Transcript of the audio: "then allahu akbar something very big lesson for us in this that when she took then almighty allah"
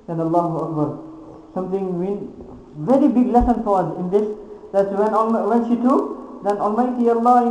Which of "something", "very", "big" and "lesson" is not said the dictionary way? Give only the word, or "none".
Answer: something